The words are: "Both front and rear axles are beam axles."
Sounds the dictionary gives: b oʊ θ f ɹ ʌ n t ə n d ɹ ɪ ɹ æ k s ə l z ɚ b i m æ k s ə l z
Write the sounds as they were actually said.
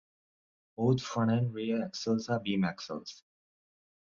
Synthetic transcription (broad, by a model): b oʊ t f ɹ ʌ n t ə n d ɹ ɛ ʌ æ k s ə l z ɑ b i m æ k s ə l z